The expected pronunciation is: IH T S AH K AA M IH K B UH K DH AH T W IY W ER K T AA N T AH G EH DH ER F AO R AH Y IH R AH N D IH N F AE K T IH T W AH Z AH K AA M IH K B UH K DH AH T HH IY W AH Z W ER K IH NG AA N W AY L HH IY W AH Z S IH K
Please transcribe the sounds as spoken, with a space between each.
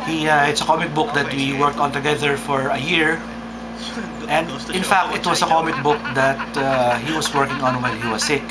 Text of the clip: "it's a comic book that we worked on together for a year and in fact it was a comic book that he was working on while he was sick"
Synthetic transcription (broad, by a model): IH T S AH K AA M IH K B UH K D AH T W IY W ER K T AA N T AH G EH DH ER F AO R AH Y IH R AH N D IH N F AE K T IH T W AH S AH K AA M IH K B UH K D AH T HH IY W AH S W ER K IH NG AA N W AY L HH IY W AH S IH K